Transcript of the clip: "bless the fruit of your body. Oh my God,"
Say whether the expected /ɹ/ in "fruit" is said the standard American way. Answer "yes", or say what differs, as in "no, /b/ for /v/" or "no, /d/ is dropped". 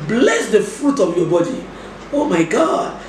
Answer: yes